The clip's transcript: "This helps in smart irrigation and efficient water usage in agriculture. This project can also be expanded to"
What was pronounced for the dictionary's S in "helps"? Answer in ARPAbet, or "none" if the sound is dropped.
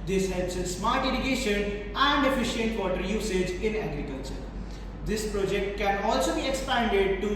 S